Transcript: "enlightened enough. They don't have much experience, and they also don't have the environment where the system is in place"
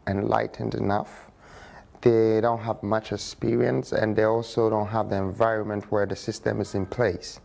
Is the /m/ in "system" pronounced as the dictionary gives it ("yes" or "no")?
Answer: yes